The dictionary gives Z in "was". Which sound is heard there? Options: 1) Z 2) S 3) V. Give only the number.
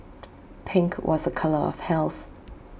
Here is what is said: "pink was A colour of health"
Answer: 1